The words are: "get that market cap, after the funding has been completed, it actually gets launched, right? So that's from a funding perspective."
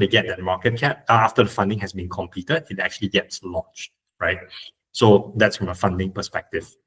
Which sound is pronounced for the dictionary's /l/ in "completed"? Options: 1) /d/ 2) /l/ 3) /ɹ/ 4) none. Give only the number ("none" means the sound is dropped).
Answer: 4